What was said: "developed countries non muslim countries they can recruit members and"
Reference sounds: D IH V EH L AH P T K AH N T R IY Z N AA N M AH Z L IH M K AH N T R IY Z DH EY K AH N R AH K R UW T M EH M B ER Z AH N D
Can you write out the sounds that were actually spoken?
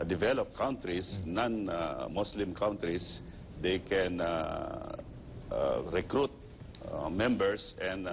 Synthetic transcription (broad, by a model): D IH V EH L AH P K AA N T R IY S N AA N M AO S L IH M K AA N T R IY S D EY K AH N R AH K R UW T M EH M B ER S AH N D